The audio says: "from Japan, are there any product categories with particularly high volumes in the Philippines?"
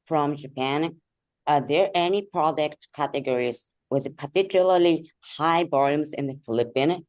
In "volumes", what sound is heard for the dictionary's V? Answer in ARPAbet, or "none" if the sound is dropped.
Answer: B